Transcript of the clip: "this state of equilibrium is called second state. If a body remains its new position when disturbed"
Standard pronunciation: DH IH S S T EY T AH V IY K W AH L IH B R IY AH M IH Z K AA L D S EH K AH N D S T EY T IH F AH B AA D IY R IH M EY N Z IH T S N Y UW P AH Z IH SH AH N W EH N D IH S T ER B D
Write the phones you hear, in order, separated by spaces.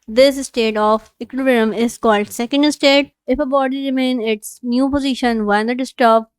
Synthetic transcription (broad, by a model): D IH S S T EY T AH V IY K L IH R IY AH M IH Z K AA L D S EH K AH N D S T EY T IH F AH B AA D IY R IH M EY N IH T S N Y UW P AH Z IH SH AH N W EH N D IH S T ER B